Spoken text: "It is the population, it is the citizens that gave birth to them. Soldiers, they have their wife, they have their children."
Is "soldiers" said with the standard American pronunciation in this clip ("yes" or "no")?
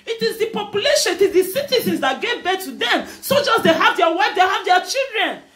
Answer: no